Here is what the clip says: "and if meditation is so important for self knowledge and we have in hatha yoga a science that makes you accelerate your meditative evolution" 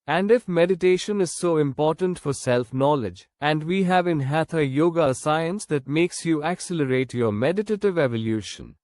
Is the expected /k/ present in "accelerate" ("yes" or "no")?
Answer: yes